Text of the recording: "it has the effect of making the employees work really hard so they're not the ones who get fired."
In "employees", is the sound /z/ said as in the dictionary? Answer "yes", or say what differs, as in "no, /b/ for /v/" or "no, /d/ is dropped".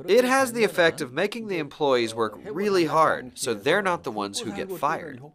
yes